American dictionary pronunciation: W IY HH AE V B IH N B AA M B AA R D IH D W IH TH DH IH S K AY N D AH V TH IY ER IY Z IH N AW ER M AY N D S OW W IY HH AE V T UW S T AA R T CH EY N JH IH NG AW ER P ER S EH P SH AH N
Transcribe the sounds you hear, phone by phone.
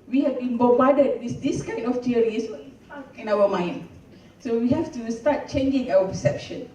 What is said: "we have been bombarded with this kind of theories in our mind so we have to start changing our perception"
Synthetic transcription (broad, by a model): W IY HH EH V B IH N B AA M B AA D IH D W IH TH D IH S K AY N AH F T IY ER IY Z IH N AW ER M AY N D S OW W IY HH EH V T UW S T AA T CH EY N JH IH NG AW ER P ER S EH P SH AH N